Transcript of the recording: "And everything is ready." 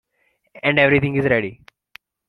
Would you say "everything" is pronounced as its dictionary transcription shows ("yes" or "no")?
no